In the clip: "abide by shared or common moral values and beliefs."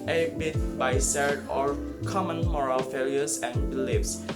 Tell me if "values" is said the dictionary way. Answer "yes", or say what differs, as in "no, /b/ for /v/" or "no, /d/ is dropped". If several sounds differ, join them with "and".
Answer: no, /f/ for /v/